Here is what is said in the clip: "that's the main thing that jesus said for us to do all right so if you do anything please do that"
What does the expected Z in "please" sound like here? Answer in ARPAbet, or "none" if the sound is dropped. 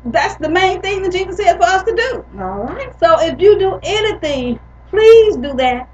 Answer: Z